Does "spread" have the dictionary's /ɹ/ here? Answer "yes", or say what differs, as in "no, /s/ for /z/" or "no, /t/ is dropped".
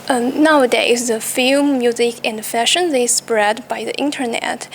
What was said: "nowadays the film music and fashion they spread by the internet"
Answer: yes